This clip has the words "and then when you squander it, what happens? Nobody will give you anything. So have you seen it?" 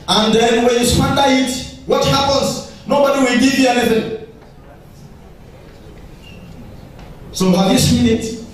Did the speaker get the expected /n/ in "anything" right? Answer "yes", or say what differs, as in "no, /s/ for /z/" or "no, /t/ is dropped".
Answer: no, /l/ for /n/